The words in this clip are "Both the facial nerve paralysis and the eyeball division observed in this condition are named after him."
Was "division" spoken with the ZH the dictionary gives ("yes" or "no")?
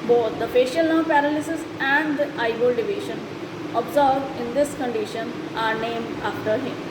no